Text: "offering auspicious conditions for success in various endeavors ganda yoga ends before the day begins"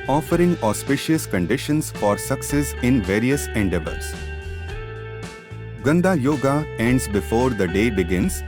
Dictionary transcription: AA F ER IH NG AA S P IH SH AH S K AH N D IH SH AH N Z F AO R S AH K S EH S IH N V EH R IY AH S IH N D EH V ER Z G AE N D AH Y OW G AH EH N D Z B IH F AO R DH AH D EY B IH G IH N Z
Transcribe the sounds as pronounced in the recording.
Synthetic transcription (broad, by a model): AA F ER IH NG AA S P IH SH AH S K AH N D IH SH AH N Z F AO R S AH K S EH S IH N V EH R IY AH S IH N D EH B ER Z G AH N D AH Y OW G AH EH N D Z B IH F AO R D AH D EY B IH G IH N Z